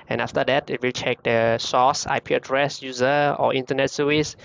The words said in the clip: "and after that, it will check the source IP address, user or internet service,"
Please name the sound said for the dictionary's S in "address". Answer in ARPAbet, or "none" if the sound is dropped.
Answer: S